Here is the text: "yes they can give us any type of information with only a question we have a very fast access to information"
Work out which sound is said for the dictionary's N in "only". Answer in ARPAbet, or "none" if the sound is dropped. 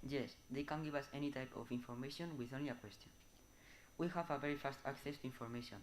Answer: N